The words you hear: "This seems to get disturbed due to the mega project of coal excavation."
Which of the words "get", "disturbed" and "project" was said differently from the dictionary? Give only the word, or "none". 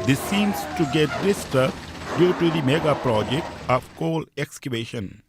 disturbed